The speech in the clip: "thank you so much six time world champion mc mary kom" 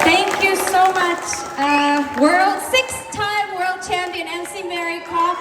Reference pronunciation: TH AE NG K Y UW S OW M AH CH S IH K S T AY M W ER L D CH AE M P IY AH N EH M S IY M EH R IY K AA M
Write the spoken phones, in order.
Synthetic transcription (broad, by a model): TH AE NG K Y UW S OW M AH CH S IH K S T AY M W ER L D CH AE M P IY AH N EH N S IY M EH R IY K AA